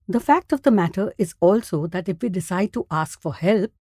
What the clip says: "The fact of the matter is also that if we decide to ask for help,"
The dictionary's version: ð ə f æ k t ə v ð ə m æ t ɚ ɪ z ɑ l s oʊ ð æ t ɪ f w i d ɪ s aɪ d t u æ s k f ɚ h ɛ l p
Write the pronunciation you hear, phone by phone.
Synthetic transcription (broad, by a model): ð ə f æ k t ə v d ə m æ t ɚ ɪ z ɑ l s oʊ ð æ t ɪ f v i d ɪ s aɪ d t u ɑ s k f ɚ h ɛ l p